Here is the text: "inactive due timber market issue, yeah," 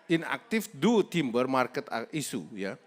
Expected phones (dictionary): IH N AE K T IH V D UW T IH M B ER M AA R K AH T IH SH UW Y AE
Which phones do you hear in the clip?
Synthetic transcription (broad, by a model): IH N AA K T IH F D UW T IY M B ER M AA R K AH T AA S UW Y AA